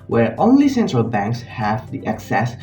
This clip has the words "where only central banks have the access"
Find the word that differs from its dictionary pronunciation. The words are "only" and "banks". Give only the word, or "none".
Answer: none